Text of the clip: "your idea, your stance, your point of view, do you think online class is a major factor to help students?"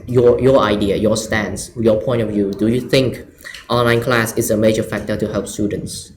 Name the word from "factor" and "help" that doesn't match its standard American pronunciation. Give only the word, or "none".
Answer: none